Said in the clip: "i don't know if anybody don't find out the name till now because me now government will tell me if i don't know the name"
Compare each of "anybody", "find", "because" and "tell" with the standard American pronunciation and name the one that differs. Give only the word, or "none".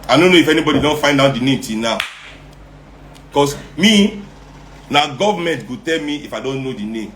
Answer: because